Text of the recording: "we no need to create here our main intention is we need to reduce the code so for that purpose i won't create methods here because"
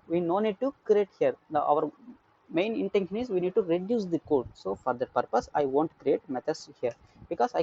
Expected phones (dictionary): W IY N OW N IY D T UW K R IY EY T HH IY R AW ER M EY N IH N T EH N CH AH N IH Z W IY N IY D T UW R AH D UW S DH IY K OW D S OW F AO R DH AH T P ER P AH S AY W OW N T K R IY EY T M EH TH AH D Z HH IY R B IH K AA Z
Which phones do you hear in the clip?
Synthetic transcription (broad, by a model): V IY N OW N IY D T UW K R IY EY T HH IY R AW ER M EY N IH N T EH N SH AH N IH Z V IY N IY D T UW R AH D UW S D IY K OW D S OW F AO R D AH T P ER P AH S AY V OW N T K R IY EY T M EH T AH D S HH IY R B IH K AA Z